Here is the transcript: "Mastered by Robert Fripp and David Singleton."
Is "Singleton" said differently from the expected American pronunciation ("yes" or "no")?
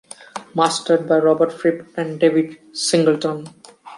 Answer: no